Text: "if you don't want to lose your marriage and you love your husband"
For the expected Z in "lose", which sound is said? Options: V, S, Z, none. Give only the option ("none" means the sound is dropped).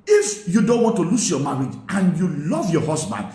S